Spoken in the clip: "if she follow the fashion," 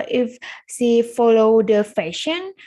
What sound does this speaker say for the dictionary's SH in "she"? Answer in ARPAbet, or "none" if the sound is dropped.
S